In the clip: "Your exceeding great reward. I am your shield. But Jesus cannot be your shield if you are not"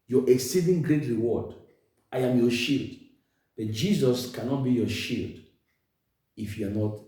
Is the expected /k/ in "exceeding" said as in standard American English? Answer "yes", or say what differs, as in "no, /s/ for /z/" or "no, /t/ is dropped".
yes